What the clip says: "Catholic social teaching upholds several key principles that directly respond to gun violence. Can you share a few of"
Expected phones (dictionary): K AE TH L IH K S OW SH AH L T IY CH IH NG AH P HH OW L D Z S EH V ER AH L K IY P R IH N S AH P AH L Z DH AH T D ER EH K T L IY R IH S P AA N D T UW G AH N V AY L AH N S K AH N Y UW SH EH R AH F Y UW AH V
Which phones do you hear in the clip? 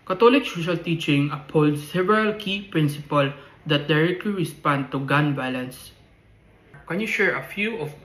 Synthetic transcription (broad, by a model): K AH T L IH K S OW SH AH L T IY CH IH NG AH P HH OW L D S EH V ER AH L K IY P R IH N S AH P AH L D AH T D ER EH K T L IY R IH S P AA N D T UW G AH N B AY L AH N S K AH N Y UW SH EH R AH F Y UW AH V